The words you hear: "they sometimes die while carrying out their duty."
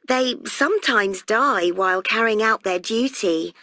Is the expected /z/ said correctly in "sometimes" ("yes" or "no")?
yes